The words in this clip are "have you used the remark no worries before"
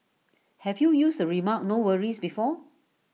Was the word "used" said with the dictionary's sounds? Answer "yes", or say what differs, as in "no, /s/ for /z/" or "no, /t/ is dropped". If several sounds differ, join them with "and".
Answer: no, /s/ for /z/